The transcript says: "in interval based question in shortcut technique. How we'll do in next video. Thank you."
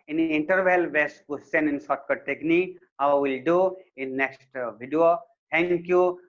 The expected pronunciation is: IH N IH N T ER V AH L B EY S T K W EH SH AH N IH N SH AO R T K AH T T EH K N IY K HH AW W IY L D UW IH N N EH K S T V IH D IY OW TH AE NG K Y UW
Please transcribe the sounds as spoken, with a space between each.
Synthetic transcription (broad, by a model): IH N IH N T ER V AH L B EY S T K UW S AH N IH N S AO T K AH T T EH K N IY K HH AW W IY L D UW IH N N EH K S T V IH D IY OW T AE NG K Y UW